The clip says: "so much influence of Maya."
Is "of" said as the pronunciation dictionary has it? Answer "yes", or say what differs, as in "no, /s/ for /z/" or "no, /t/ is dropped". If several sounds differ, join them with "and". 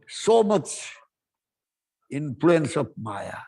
no, /p/ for /v/